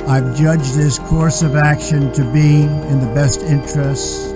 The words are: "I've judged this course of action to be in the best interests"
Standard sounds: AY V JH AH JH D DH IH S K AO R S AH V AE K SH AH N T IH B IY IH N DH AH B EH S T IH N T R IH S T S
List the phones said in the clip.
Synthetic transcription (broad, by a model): AY V JH AH JH DH IH S K AO R S AH V AE K SH AH N T IH B IY IH N DH AH B EH S T IH N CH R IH S T S